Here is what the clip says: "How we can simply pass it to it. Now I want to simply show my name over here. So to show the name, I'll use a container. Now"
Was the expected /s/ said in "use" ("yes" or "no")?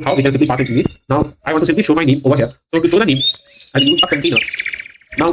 no